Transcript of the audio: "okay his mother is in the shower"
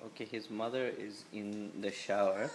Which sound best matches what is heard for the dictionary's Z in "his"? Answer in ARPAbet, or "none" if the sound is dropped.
Z